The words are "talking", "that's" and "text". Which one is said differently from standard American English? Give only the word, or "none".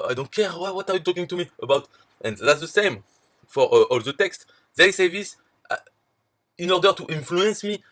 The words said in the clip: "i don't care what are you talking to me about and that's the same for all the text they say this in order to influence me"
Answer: none